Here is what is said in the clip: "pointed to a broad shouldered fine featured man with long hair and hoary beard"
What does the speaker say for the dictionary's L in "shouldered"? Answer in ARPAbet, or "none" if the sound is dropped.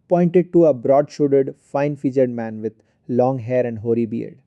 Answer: none